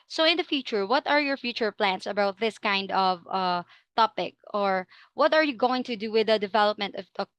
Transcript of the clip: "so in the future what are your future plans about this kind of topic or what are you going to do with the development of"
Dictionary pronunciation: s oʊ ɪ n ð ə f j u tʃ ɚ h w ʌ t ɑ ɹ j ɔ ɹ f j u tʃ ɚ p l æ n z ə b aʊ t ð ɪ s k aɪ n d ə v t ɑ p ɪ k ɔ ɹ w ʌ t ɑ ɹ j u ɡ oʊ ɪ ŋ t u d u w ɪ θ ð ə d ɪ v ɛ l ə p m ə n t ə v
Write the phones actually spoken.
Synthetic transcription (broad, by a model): s oʊ ɪ n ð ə f j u tʃ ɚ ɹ w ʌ t ɑ ɹ j ɔ ɹ f j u tʃ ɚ p l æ n s ə b aʊ t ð ɪ s k aɪ n d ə v t ɑ p ɪ k ɔ ɹ w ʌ t ɑ ɹ j u ɡ oʊ ɪ ŋ t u d u w ɪ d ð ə d ɪ v ɛ l ə p m ə n t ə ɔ